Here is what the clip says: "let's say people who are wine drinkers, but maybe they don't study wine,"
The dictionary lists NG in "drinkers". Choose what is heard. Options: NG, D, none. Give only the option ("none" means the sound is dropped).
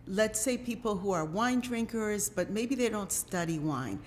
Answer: NG